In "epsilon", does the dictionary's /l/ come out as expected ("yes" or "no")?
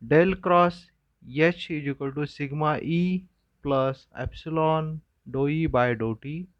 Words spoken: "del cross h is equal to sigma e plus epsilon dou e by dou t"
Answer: yes